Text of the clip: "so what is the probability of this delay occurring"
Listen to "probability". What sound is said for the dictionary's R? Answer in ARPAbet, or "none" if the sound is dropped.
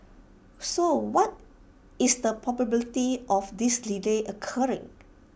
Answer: none